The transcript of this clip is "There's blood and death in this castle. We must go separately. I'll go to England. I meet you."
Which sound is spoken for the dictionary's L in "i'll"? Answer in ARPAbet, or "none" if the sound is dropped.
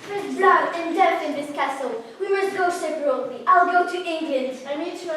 L